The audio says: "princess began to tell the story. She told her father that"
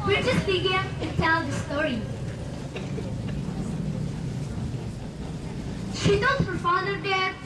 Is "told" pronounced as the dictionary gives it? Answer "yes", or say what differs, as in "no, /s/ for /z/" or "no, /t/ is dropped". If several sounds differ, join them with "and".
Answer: no, /l/ is dropped